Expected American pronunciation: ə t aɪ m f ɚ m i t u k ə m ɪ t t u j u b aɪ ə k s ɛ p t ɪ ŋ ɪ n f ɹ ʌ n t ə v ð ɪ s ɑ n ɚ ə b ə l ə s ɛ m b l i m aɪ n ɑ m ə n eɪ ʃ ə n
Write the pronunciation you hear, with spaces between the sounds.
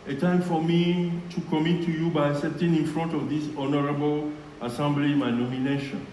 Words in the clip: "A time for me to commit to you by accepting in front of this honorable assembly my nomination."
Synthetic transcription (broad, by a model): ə t aɪ m f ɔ m i t u k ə m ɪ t t u j u b aɪ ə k s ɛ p t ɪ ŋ ɪ n f ɹ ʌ n t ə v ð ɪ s ɑ n ɚ ə b ə l ə s ɛ m b l i m aɪ n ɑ m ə n eɪ ʃ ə n